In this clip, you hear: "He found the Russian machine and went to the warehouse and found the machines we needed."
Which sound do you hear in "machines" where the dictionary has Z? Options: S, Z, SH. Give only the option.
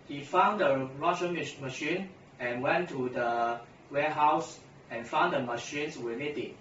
S